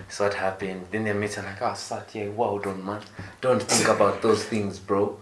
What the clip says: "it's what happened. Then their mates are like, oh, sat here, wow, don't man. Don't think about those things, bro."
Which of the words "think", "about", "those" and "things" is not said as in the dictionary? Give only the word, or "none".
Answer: none